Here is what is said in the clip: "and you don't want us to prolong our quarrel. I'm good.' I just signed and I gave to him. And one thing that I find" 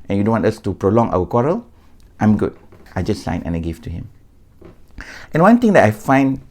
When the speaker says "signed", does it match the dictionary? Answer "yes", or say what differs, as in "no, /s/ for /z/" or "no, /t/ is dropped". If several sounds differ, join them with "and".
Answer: no, /d/ is dropped